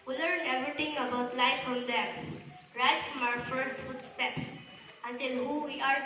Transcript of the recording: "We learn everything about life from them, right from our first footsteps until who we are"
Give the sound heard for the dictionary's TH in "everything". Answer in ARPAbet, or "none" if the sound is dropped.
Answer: T